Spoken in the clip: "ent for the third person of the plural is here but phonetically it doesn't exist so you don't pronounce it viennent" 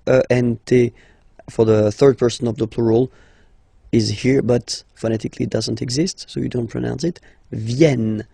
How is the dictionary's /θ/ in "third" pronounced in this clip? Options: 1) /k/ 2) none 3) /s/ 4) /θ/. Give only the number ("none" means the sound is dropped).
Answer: 4